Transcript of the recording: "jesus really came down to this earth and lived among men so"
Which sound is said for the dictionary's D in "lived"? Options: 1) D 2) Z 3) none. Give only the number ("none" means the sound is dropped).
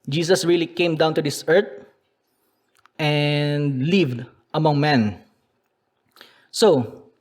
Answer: 1